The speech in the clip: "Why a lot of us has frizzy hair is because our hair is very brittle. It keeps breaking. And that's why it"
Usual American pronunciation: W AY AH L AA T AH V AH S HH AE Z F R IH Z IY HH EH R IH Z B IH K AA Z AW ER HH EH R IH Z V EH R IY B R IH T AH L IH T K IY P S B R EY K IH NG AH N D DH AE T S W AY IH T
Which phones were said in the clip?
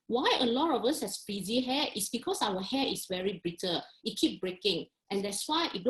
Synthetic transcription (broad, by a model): W AY AH L AA T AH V AH S HH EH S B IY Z IY HH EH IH S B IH K AA S AW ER HH EH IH S V EH R IY B R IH T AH IH T K IY P B R EY K IH NG AH N D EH T S W AY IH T